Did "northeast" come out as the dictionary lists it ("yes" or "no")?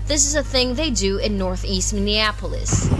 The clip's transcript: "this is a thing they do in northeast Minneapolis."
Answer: yes